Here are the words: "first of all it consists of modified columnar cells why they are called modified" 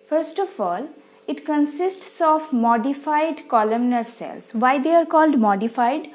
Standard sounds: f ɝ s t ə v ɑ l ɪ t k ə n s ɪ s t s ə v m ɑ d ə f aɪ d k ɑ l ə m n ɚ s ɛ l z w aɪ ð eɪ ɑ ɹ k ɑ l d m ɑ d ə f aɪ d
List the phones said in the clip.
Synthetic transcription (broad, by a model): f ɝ s t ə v ɑ l ɪ t k ə n s ɪ s t s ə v m ɑ d ə f aɪ d k ɑ l ə m n ɚ s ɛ l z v aɪ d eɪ ɑ ɹ k ɑ l d m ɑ d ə f aɪ d